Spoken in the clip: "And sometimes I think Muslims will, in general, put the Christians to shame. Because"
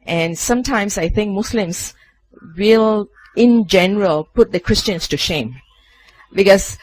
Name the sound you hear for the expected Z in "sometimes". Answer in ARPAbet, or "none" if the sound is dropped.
S